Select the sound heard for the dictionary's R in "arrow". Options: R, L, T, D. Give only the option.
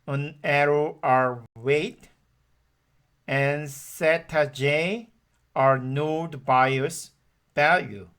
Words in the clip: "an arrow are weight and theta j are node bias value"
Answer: R